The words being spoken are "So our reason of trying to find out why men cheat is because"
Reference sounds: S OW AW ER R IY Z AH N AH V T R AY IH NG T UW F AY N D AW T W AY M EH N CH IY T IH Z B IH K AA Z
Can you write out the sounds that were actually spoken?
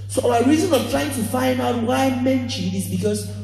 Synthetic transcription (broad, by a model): S OW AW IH R IY Z AH N AH V T R AY IH NG T UW F AY N D AW T W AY M EH N SH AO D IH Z B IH K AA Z